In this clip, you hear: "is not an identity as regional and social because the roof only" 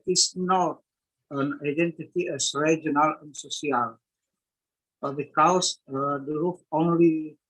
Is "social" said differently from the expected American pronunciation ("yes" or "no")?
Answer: yes